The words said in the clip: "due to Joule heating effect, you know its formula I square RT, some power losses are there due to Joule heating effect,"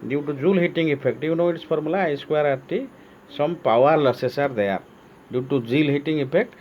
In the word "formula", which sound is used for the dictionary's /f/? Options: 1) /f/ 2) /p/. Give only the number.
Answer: 2